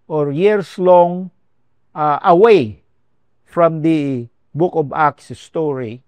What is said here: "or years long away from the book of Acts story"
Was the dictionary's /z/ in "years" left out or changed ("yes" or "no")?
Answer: yes